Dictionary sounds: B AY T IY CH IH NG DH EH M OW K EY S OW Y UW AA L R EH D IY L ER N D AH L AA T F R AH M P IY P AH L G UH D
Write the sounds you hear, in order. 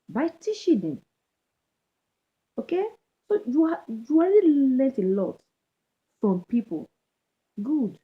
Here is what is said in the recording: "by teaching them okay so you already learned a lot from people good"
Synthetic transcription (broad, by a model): B AY T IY SH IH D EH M OW K EY S OW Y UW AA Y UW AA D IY L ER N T AH L AA T F R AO M P IY P AH L G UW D